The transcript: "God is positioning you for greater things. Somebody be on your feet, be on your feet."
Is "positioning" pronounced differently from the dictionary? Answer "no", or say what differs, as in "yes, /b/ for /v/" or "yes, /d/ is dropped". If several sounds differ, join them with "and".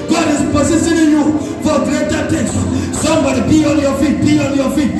yes, /s/ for /ʃ/